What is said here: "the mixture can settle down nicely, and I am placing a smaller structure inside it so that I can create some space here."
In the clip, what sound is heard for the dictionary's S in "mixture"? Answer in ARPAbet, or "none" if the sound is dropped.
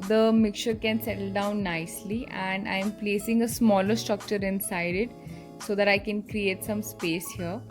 none